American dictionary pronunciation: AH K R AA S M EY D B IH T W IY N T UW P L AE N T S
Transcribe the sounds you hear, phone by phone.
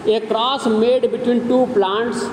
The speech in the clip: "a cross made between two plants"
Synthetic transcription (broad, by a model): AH K R AA S M EY D B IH T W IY N T UW P L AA N T S